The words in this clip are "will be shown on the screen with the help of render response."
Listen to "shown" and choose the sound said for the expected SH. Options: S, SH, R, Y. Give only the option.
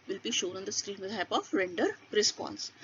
SH